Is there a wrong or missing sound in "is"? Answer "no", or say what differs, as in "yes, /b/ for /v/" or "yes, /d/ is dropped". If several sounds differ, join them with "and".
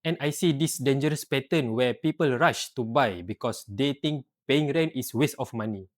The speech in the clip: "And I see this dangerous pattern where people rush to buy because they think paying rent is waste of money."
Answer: yes, /s/ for /z/